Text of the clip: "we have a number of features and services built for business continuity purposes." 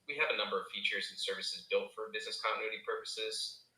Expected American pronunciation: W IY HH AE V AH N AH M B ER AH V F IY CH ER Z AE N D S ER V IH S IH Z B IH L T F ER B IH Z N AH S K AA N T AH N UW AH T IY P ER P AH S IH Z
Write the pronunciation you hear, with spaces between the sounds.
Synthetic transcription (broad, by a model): W IY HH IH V AH N AH M B ER AH V F IY CH ER Z N S ER V IH S IH Z B IH L T F ER B IH Z N AH S K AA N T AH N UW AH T IY P ER P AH S IH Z